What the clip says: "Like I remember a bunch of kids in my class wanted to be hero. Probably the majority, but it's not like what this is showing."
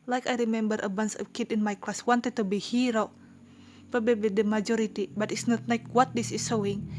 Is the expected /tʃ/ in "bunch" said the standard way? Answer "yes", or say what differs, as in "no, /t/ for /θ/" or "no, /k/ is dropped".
no, /s/ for /tʃ/